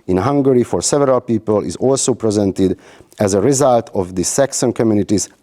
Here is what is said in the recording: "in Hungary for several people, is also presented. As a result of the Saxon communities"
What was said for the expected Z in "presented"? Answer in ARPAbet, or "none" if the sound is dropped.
Z